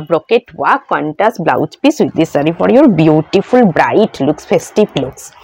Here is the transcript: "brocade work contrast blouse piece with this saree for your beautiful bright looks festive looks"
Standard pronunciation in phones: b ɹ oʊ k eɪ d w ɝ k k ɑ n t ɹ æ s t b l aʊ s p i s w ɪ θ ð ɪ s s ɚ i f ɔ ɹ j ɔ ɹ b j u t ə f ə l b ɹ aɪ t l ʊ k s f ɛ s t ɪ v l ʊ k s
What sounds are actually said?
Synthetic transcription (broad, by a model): b ɹ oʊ k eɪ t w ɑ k k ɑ n t æ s b l aʊ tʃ p i s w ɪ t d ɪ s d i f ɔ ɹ j ɔ ɹ b j u t ə f ə l b ɹ aɪ t l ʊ k s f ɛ s t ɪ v l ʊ k s